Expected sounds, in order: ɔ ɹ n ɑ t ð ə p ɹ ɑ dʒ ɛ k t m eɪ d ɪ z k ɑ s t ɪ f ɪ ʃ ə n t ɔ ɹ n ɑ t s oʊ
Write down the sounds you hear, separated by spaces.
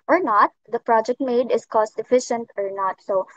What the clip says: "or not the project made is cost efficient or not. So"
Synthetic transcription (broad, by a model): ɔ ɹ n ɑ t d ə p ɹ ɑ dʒ ɛ k t m eɪ d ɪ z k ɑ s t ɪ f ɪ ʃ ə n t ɔ ɹ n ɑ t s oʊ